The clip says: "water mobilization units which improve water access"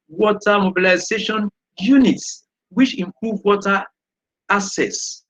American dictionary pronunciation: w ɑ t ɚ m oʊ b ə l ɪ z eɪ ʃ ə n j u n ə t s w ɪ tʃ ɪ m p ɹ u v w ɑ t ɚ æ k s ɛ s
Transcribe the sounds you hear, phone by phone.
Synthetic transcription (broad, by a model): w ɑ t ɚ m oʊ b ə l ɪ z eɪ ʃ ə n j u n ə t s w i tʃ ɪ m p ɹ u v w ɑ t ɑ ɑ s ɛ s